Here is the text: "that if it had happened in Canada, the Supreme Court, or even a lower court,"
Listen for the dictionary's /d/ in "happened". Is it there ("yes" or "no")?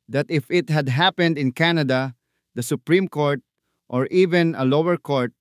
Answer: yes